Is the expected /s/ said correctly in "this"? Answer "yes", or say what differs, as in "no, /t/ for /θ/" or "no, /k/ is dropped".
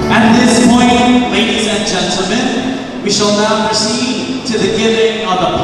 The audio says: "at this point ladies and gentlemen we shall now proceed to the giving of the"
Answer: yes